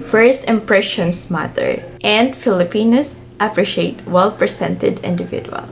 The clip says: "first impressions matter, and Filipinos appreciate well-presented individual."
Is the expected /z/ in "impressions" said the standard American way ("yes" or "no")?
no